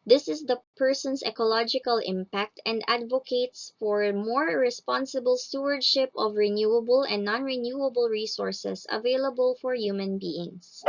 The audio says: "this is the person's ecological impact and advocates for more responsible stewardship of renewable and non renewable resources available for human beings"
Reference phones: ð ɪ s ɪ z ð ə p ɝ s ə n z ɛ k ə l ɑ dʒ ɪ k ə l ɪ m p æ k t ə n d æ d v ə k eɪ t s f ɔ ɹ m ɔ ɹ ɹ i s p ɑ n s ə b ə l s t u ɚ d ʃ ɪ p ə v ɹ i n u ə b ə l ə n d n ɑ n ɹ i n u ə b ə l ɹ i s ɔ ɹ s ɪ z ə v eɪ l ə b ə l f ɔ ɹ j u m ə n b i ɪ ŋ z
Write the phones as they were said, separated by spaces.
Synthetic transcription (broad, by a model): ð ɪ s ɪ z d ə p ɝ s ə n s ɛ k ə l ɑ dʒ ɪ k ə l ɪ m p æ k t ə n d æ d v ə k eɪ t s f ɔ ɹ m ɔ ɹ ɹ i s p ɑ n s ə b ə l s t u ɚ d ʃ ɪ p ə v ɹ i n u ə b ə l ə n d n ɑ n ɹ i n u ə b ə l ɹ i s ɔ ɹ s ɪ s ə v eɪ l ə b ə l f ɔ ɹ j u m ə n b i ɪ ŋ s